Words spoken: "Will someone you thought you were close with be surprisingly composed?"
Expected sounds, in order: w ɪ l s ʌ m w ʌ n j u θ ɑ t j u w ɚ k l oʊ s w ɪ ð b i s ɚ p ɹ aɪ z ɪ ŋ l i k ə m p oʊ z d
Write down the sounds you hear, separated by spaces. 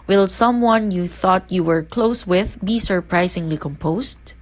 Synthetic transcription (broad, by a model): w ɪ l s ʌ m w ʌ n j u θ ɑ t j u w ɚ k l oʊ s w ɪ ð b i s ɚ p ɹ aɪ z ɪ ŋ l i k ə m p oʊ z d